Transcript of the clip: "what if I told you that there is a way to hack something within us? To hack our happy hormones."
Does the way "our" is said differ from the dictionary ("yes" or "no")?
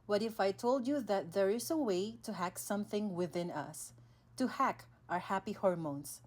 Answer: no